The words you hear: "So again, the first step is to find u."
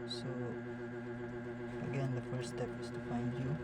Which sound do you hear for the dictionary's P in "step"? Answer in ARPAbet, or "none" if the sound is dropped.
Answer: P